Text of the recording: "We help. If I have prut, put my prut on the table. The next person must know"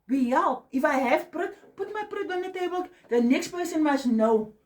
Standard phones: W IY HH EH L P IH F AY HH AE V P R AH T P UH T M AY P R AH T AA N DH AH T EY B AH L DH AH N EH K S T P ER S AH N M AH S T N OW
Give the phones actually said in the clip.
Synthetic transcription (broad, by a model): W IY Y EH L IH F AY HH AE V P R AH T P UH T M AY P R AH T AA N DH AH T EY B AH L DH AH N EH K S T P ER S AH N M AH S N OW